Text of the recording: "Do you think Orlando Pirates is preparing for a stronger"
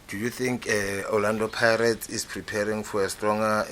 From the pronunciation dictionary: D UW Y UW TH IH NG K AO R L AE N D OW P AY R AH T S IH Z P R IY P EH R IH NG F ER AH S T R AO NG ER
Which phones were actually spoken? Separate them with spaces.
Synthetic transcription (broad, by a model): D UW Y UW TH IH NG K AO L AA N D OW P AY R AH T IH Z P R IY P EH R IH NG F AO AH S T R AO NG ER